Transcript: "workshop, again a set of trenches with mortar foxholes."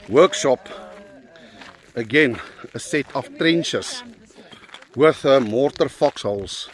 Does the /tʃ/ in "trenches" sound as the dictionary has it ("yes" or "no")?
no